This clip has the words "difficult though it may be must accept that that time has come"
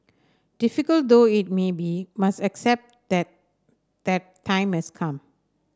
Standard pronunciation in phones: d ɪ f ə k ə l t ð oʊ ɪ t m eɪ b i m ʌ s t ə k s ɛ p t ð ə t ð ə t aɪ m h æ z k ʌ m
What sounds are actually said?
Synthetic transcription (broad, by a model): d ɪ f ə k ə l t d oʊ ɪ t m eɪ b i m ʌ s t ə k s ɛ p t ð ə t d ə t aɪ m h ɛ s k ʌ m